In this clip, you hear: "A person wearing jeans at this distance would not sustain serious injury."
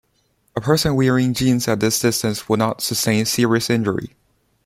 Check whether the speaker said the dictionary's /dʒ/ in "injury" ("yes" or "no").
yes